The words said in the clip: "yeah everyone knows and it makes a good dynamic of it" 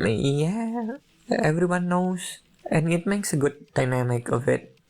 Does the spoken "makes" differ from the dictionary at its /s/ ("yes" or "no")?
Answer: no